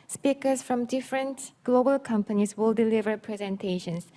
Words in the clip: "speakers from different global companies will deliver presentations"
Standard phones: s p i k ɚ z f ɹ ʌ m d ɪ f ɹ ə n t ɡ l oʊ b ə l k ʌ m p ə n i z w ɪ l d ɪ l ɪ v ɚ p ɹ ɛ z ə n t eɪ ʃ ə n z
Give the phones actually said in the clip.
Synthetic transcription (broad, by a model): s p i k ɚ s f ɹ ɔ m d ɪ f ɹ ə n t ɡ l oʊ b ə l k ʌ m p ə n i s w ɪ l d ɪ l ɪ v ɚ p ɹ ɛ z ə n t eɪ ʃ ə n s